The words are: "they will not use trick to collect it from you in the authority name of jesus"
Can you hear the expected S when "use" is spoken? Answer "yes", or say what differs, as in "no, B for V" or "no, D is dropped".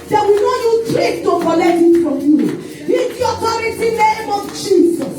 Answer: no, S is dropped